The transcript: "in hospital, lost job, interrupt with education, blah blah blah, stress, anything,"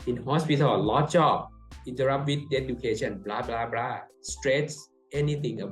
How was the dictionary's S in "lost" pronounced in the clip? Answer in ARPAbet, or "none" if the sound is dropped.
none